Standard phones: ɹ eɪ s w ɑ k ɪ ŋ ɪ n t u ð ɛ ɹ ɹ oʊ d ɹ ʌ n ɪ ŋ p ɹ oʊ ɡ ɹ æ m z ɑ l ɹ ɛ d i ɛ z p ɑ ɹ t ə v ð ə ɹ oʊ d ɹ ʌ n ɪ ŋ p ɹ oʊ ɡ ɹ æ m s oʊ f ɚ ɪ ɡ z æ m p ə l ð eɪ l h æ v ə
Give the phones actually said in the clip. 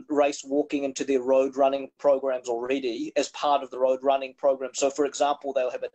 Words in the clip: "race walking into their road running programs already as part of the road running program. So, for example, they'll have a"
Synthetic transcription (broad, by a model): ɹ eɪ s w ɑ k ɪ ŋ ɪ n t u ð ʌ ɹ ɹ oʊ d ɹ ʌ n ɪ ŋ p ɹ oʊ ɡ ɹ æ m z l ɹ ɛ d i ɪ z p ɑ ɹ t ə v ð ə ɹ oʊ d ɹ ʌ n ɪ ŋ p ɹ oʊ ɡ ɹ æ m s oʊ f ɚ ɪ ɡ z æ m p l ð eɪ l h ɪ v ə